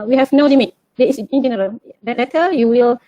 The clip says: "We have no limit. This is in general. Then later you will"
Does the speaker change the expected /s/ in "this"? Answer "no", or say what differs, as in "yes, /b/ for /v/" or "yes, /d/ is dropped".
yes, /s/ is dropped